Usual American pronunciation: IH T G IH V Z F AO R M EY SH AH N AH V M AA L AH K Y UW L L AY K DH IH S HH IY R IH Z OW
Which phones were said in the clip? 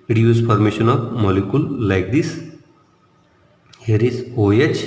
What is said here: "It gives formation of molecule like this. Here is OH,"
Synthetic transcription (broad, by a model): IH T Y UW Z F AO R M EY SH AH N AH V M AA L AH K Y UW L L AY K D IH S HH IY R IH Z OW